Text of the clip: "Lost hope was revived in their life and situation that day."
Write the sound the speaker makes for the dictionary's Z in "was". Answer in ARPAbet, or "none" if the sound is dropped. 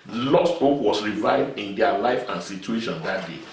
S